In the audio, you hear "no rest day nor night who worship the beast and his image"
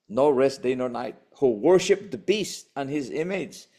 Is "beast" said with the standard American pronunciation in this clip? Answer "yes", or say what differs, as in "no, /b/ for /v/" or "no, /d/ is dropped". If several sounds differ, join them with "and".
yes